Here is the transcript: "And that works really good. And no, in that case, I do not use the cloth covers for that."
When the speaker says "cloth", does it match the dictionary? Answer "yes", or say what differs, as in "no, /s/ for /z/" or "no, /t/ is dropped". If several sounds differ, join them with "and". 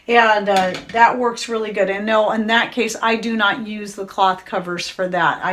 yes